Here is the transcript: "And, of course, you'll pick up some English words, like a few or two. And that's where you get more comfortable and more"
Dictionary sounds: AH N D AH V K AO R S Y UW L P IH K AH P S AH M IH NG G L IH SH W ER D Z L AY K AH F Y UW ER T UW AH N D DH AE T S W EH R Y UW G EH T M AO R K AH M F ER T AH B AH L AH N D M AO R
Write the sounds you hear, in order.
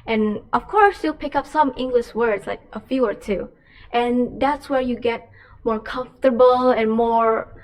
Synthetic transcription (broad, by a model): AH N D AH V K AO R S Y UW L P IH K AH P S AH M IH NG G L IH SH W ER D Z L AY K AH F Y UW ER T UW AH N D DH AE T S W EH R Y UW G EH T M AO R K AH M F T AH B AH L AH N M AO R